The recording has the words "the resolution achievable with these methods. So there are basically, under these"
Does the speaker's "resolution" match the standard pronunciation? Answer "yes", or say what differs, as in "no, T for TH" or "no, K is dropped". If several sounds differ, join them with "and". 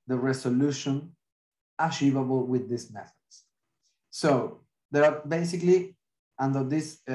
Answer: no, S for Z